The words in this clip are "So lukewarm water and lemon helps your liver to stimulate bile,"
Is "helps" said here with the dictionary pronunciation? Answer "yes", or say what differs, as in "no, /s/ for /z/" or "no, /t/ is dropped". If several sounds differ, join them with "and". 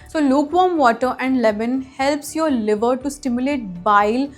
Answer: yes